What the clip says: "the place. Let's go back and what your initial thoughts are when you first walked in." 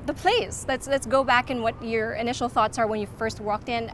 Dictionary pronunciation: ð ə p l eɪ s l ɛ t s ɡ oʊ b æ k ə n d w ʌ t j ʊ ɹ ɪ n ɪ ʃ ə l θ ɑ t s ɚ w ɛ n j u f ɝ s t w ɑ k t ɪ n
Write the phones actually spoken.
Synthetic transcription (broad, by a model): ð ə p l eɪ s l ɛ t s ɡ oʊ b æ k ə n w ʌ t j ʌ ɹ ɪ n ɪ ʃ l θ ɑ t s ɚ w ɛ n j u f ɝ s t w ɑ k t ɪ n